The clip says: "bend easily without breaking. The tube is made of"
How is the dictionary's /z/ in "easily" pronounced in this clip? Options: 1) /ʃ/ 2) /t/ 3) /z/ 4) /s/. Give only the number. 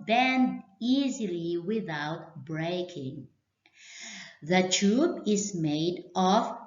3